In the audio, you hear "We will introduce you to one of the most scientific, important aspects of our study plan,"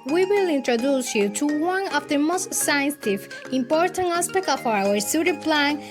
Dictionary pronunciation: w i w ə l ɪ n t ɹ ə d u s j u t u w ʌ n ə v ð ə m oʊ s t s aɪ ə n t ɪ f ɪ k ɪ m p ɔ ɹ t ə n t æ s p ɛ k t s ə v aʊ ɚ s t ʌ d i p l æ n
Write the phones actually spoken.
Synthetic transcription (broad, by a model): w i w ə l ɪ n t ɹ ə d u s j u t u w ʌ n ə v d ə m oʊ s t s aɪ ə n s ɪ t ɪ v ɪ m p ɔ ɹ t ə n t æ s p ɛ k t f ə aʊ ɚ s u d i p l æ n